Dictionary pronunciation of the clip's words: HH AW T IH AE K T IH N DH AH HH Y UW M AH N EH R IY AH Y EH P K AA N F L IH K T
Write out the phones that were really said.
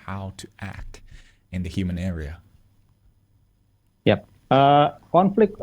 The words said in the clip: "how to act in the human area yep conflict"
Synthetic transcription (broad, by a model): HH AW T IH AE K T IH N DH AH HH Y UW M AH N EH R IY AH Y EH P K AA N F L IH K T